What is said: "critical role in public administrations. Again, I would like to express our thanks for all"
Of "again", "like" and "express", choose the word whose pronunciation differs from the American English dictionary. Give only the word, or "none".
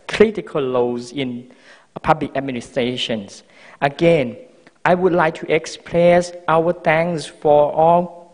express